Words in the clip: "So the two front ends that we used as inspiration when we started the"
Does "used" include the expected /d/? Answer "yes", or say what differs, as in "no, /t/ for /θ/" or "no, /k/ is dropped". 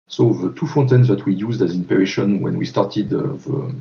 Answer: yes